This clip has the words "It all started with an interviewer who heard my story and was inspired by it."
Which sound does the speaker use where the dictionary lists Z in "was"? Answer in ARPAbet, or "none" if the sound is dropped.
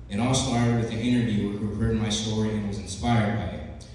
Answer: Z